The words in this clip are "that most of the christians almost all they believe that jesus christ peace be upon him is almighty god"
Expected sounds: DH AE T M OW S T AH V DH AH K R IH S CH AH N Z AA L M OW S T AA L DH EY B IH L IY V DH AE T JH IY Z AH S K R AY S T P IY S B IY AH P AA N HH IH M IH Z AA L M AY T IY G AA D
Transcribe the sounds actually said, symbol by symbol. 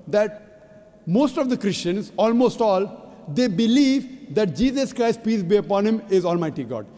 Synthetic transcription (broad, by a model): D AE T M OW S T AH V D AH K R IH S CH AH N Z AA L M OW S T AA L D EY B IH L IY V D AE T JH IY Z AH S K R AY S T P IY S B IY AH P AA N HH IH M IH Z AA L M AY T IY G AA D